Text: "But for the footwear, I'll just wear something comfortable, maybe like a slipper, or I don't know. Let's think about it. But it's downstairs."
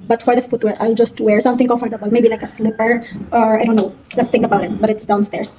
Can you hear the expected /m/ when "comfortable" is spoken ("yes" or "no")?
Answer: no